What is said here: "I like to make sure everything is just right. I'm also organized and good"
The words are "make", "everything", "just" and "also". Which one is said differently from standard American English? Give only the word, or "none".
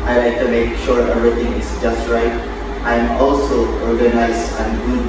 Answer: everything